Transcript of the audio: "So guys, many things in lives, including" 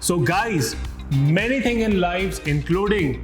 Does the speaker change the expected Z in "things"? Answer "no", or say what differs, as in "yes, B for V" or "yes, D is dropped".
yes, Z is dropped